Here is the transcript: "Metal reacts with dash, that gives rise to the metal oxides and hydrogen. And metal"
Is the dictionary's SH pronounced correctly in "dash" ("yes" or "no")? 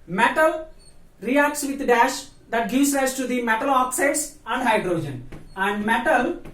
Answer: yes